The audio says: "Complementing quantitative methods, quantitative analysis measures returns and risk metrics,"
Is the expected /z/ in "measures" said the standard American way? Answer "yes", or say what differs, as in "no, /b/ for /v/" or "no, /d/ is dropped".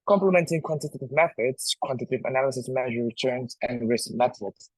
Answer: no, /z/ is dropped